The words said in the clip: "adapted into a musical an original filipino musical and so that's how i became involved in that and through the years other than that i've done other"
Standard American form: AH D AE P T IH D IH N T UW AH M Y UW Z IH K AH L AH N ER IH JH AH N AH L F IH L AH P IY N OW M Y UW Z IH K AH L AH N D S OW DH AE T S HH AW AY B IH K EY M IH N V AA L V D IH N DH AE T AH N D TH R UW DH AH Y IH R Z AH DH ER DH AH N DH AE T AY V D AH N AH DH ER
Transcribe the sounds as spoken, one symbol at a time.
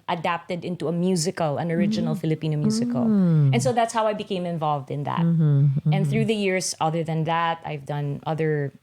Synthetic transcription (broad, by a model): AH D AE P T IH D IH N T UW AH M Y UW Z IH K AH L AH N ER IH JH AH N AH L F IH L AH P IY N OW M Y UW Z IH K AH L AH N S OW DH AE T S HH AW AY B IH K EY M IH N V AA L V D IH N DH AE T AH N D TH R UW DH AH Y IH R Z AH DH ER DH AH N DH AE T AY V D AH N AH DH ER